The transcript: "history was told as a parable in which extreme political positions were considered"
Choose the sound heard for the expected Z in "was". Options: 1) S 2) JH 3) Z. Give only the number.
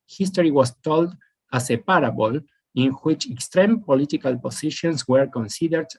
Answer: 1